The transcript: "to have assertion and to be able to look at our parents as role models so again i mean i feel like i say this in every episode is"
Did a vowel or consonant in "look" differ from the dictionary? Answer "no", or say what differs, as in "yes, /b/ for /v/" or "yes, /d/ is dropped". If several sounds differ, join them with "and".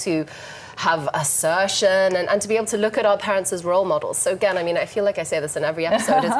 no